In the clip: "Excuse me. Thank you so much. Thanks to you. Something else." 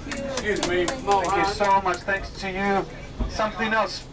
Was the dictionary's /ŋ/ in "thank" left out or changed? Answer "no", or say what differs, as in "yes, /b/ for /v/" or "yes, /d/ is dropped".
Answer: yes, /ŋ/ is dropped